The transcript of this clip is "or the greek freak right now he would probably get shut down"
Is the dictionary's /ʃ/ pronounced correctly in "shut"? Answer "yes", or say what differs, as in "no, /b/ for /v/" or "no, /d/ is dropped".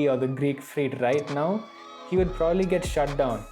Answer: yes